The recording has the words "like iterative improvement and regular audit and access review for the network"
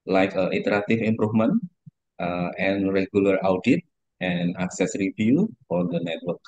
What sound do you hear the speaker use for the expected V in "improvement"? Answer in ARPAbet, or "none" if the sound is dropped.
F